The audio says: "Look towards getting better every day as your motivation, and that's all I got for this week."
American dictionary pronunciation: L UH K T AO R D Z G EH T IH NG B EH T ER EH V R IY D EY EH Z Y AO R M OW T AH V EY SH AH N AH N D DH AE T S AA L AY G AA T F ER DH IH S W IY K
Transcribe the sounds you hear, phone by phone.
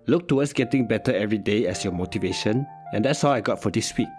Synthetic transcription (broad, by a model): L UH K T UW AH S G EH T IH NG B EH T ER EH V R IY D EY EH S Y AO M OW T AH V EY SH AH N AH N D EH T S AA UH AY G AA T F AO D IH S W IY K